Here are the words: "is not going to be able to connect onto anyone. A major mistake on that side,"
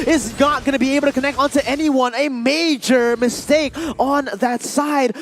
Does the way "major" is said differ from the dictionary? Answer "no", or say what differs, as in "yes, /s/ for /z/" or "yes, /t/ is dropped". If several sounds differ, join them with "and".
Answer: no